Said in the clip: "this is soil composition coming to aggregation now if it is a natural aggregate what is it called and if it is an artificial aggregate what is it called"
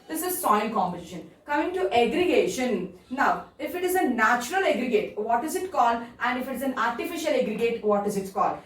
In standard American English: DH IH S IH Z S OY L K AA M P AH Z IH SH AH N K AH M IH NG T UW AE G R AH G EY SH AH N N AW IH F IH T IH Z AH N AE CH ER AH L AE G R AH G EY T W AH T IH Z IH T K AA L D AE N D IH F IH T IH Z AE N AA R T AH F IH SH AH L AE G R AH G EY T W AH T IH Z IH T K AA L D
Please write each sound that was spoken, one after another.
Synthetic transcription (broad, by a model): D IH S IH Z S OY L K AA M B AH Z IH SH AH N K AH M IH NG T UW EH G R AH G EY SH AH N N AW IH F IH T IH Z AH N AE CH ER AH L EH G R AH G EY T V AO T IH Z IH T K AA L D AE N D IH F IH T IH Z AE N AA R T AH F IH SH AH L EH G R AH G EY T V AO T IH Z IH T K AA L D